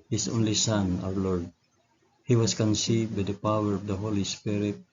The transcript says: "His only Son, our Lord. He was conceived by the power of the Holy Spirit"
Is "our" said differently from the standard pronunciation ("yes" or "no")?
yes